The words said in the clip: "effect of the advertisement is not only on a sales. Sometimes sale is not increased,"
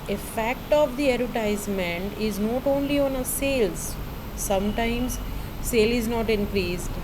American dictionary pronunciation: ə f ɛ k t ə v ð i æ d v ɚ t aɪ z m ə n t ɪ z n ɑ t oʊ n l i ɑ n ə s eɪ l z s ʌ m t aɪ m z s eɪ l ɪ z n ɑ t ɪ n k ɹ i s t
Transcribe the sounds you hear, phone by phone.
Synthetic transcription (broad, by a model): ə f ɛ k t ə v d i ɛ d ɚ t aɪ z m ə n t ɪ z n ɑ t oʊ n l i ɑ n ə s eɪ l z s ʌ m t aɪ m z s eɪ l ɪ z n ɑ t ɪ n k ɹ i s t